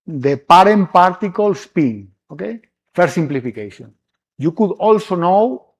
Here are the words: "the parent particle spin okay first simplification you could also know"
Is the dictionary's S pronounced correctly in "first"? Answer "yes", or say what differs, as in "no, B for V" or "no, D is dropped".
no, S is dropped